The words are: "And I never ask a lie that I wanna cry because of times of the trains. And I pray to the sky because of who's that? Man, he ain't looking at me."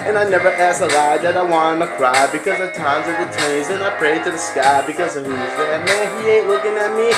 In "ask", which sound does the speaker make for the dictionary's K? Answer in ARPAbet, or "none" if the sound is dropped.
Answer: none